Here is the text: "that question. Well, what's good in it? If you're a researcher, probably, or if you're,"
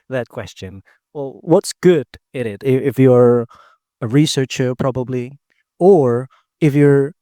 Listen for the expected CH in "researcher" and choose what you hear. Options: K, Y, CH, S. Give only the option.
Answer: CH